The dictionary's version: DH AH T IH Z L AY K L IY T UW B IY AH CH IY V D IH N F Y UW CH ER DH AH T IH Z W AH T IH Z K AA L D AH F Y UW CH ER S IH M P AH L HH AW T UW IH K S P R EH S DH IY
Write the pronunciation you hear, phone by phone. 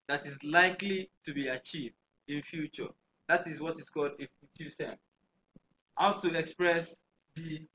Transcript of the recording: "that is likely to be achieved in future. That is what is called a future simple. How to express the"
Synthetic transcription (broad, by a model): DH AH T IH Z L AY K L IY T UW B IY AH CH IY V D IH N F Y UW CH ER DH AH T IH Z W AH T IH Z K AA L D AH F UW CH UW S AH N HH AW T UW IH K S P R EH S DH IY